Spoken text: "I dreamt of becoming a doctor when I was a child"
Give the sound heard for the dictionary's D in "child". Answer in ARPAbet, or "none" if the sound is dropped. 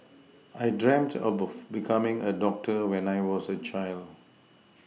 D